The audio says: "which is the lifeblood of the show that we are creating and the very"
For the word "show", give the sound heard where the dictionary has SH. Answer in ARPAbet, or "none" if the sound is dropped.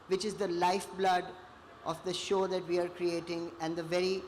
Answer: SH